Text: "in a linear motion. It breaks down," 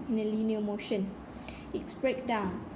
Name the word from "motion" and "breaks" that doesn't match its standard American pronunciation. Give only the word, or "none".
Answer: breaks